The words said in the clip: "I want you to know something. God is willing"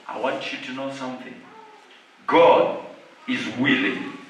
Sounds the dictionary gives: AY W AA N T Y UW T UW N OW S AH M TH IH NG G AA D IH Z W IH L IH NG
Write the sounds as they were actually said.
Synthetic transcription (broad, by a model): AY W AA N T Y UW T UW N OW S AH M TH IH NG G AA D IH Z W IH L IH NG